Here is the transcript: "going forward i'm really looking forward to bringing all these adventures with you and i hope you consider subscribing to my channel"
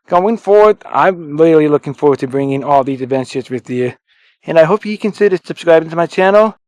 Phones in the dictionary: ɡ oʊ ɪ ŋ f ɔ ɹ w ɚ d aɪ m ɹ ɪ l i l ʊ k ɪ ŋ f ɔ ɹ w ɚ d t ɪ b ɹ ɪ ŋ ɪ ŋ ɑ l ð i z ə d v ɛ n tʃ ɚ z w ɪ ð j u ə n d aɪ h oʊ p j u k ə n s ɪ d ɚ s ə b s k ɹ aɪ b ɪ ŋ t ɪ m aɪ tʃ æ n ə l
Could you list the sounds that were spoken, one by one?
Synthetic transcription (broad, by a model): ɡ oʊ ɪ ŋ f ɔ ɹ w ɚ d aɪ m l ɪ l i l ʊ k ɪ ŋ f ɔ ɹ w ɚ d t ɪ b ɹ ɪ ŋ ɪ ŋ ɑ l ð i z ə v ɛ n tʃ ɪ s w ɪ ð j u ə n aɪ h oʊ p j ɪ k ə n s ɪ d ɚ s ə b s k ɹ aɪ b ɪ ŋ t ɪ m aɪ tʃ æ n l